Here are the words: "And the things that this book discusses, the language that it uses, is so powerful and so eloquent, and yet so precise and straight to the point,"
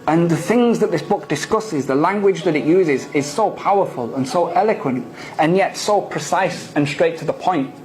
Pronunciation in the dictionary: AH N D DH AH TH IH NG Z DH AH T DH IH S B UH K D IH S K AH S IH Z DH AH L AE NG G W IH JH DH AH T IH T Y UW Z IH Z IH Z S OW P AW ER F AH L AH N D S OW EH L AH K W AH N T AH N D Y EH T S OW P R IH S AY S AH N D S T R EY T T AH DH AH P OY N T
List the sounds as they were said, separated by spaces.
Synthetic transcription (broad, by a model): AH N DH AH TH IH NG Z DH AH T DH IH S B UH K D IH S K AH S IH Z DH AH L AE NG G W IH JH DH AH T IH T Y UW Z IH Z IH Z S OW P AW ER F AH L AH N S OW EH L AH K W AH N T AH N Y EH T S OW P R IH S AY S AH N S T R EY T T AH DH AH P OY N T